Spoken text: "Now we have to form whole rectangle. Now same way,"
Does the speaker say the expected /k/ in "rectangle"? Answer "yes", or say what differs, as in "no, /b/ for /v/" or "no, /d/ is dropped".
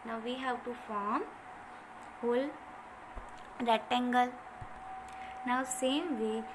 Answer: no, /k/ is dropped